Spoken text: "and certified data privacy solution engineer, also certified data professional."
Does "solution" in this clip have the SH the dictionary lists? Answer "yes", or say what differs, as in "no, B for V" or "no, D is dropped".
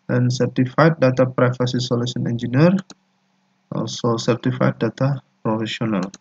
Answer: no, S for SH